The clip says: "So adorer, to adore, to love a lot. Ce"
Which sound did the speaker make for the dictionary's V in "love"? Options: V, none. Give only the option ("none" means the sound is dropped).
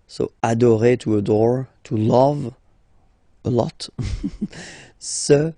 V